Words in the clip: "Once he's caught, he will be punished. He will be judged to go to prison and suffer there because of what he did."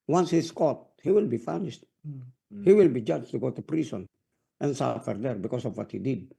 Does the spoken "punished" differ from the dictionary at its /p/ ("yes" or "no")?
yes